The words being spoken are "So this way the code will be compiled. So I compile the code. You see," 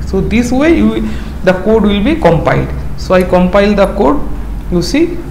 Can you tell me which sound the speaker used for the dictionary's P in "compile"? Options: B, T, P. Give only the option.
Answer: P